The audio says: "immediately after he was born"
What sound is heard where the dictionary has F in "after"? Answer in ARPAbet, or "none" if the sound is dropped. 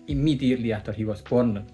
none